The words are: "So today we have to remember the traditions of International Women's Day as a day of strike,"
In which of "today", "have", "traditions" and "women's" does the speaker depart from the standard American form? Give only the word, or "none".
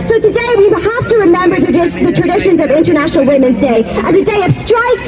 have